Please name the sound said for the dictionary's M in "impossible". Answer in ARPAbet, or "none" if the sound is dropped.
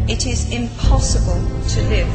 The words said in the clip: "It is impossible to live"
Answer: M